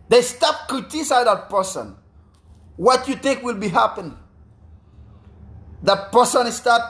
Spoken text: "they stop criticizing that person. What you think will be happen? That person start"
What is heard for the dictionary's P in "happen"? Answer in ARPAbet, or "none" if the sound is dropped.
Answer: P